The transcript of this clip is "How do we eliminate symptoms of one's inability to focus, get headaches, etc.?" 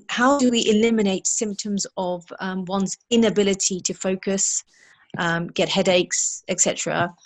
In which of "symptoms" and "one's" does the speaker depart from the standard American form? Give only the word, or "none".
none